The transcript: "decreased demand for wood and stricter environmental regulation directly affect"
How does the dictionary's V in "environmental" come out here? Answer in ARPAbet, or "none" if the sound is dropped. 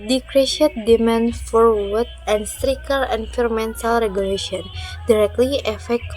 F